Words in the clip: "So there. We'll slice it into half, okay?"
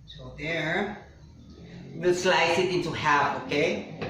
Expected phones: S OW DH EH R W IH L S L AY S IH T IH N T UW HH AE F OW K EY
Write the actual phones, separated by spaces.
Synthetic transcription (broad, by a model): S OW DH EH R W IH S L AY S IH T IH N T UW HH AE OW K EY